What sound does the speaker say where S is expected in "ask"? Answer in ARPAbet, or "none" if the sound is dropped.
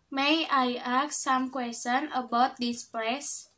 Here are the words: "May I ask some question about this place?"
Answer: none